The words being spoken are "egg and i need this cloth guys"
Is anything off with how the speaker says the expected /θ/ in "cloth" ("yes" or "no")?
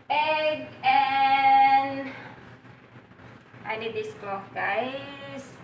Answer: yes